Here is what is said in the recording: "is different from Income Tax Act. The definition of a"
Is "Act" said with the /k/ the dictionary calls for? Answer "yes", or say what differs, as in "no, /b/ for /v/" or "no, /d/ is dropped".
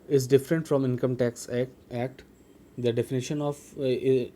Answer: yes